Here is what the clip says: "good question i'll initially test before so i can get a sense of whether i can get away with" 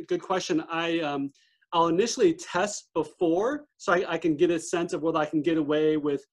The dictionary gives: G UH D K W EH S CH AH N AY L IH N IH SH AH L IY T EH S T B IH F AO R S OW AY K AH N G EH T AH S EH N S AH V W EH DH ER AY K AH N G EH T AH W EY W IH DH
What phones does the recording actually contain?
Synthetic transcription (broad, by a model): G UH D K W EH S CH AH N AY L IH N IH SH L IY T EH S T B IH F AO R S OW AY K AH N G EH T AH S EH N S AH V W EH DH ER AY K N G EH T AH W EY W IH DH